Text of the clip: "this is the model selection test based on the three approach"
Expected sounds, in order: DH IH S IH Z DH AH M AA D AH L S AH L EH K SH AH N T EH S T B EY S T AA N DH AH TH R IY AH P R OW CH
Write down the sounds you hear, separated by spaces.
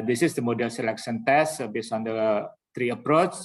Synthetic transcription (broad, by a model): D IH S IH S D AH M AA D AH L S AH L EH K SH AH N T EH S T B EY S AA N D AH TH R IY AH P R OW CH